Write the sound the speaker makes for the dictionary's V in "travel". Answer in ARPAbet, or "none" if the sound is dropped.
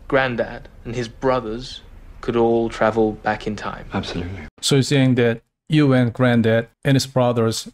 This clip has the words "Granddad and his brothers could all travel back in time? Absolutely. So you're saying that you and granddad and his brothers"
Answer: V